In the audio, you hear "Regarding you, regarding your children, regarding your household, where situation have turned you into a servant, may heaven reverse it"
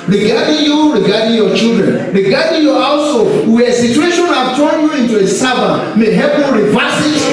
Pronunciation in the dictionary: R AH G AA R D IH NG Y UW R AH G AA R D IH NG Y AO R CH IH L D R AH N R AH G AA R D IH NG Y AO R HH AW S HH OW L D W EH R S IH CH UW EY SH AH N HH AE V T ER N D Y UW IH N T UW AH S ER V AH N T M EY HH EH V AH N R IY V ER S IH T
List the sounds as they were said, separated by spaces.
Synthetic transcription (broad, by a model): R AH G AA D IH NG Y UW R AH G AA D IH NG Y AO CH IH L D R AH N R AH G AA D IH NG Y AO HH AW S HH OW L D W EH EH S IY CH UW EY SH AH N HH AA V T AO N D Y UW IH N T UW AH S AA B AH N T M EY HH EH P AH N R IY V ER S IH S